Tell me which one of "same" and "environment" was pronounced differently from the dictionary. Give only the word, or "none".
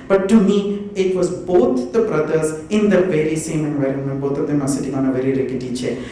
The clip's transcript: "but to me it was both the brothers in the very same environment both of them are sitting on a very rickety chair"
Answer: none